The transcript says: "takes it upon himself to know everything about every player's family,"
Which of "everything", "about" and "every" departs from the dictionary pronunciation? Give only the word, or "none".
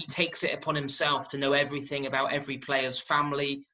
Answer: none